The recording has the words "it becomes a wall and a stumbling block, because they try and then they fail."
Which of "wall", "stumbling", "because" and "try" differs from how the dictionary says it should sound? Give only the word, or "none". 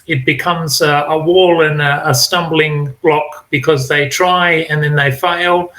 none